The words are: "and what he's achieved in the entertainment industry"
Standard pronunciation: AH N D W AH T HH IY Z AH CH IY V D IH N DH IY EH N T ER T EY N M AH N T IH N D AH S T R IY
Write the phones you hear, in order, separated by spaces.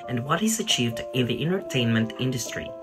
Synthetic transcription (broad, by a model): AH N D W AH T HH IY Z AH CH IY V D IH N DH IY EH N T ER T EY N M AH N T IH N D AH S T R IY